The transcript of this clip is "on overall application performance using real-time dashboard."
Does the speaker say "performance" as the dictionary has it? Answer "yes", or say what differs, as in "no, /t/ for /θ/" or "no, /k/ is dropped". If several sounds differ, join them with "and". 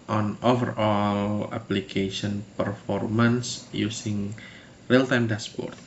yes